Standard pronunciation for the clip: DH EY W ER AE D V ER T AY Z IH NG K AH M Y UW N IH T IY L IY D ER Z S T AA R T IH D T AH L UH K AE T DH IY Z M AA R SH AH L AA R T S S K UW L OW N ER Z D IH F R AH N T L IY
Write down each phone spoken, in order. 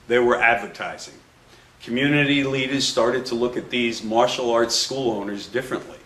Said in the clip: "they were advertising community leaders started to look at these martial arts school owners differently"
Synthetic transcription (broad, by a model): DH EY W ER AE D V ER T AY Z IH NG K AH M Y UW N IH T IY L IY D ER Z S T AA R T IH D T AH L UH K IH T DH IY Z M AA R SH L AA R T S S K UW L OW N ER Z D IH F R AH N T L IY